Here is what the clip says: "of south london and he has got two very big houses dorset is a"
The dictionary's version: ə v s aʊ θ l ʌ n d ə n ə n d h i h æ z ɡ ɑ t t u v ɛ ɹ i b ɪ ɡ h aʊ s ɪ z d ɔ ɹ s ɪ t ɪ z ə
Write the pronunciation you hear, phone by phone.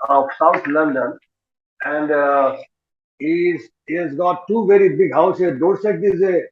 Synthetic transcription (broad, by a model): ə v s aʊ t l ʌ n d ə n ə n d h i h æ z ɡ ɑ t t u v ɛ ɹ i b ɪ ɡ h aʊ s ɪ d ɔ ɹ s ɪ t ɪ z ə